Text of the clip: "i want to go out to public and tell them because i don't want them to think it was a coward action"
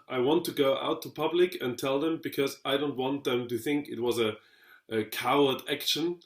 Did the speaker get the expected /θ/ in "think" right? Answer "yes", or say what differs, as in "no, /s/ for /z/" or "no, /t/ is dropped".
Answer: yes